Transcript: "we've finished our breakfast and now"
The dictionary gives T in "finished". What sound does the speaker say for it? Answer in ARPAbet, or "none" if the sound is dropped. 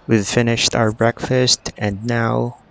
T